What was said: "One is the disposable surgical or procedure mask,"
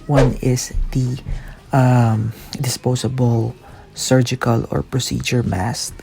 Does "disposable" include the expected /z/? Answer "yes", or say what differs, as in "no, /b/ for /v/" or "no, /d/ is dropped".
no, /s/ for /z/